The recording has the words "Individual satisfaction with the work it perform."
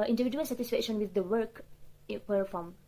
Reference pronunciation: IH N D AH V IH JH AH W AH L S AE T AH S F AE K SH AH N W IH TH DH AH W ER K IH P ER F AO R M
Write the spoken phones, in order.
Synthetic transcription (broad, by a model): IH N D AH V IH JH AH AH L S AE T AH S F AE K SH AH N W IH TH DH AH W ER K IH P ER F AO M